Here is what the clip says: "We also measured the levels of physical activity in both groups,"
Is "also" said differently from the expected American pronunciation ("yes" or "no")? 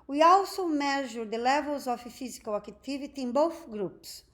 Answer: yes